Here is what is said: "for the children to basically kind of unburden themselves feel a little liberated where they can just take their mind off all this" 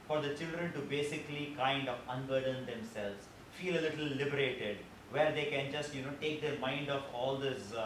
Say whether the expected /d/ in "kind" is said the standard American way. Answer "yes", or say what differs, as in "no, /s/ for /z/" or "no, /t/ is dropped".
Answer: yes